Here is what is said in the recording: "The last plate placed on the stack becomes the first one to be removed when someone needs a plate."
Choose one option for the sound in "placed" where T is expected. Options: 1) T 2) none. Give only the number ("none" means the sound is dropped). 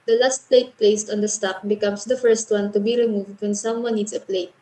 1